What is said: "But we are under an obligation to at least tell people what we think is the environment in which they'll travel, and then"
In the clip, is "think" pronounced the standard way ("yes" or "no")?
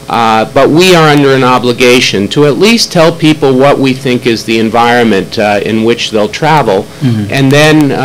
yes